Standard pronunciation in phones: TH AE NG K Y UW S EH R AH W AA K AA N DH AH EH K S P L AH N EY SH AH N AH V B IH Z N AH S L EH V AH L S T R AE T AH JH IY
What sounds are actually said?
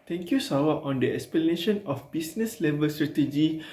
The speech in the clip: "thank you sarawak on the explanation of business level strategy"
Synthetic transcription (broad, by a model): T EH NG K Y UW S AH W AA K AA N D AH EH K S P L AH N EY SH AH N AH F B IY S N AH S L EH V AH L S T R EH T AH JH IY